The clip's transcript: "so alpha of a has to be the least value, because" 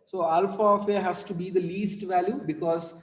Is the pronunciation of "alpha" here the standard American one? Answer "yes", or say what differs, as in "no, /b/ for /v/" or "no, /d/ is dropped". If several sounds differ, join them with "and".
yes